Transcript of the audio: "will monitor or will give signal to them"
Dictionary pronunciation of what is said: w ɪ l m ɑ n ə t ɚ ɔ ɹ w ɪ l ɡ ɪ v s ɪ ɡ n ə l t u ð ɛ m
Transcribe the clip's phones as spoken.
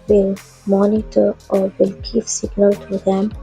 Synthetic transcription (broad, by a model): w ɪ l m ɑ n ə t ɚ ɔ ɹ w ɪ l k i p s ɪ ɡ n ə l t u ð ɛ m